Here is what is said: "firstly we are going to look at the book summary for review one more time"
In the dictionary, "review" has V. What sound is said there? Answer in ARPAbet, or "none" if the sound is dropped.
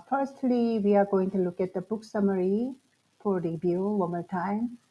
B